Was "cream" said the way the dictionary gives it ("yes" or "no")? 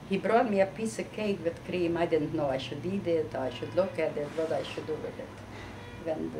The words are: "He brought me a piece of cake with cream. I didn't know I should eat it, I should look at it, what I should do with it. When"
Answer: yes